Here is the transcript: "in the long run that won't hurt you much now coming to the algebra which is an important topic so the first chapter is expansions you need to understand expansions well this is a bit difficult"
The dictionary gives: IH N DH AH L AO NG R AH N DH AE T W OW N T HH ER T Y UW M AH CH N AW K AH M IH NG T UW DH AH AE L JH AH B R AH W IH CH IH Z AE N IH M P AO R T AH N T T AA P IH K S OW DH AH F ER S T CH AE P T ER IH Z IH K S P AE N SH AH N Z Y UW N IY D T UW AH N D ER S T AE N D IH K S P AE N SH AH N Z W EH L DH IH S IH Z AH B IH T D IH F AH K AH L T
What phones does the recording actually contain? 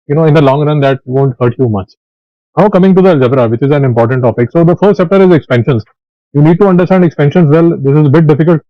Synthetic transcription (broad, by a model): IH N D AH L AO NG R AH N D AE T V OW N T HH ER T Y UW M AH CH N AW K AH M IH NG T UW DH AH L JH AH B R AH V IH CH IH Z AE N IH M P AO R T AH N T T AA P IH K S OW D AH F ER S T S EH P T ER IH Z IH K S P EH N SH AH N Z Y UW N IY D T UW AH N D ER S T AE N D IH K S P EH N SH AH N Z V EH L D IH S IH Z AH B IH T D IH F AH K AH L T